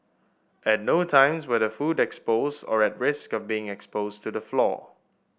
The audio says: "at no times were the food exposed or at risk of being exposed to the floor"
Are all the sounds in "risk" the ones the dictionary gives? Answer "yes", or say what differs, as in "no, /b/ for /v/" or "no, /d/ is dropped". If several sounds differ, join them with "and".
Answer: yes